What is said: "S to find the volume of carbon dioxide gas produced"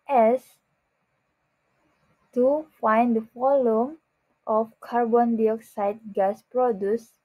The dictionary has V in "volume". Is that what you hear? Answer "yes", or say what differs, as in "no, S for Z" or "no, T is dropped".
no, F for V